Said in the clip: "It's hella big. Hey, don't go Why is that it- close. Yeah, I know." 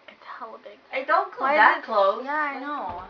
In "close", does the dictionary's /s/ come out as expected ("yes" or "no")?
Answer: no